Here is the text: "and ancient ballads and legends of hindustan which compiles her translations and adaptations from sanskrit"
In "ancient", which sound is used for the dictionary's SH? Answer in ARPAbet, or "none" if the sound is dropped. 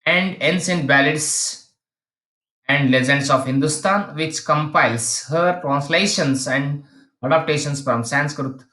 S